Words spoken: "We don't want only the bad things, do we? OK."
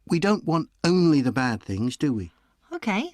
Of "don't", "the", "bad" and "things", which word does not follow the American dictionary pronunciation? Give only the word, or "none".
none